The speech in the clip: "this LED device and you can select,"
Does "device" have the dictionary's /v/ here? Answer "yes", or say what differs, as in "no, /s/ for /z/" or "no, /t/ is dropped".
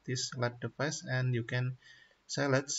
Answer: no, /p/ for /v/